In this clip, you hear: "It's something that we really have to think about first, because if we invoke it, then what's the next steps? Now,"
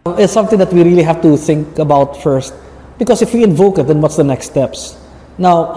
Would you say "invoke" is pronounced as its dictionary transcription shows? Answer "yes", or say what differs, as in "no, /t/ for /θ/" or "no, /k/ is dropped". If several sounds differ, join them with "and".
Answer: yes